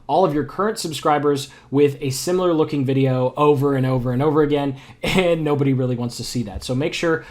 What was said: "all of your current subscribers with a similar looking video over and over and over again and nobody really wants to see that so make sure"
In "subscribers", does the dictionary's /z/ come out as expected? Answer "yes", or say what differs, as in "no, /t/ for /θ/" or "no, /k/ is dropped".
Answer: yes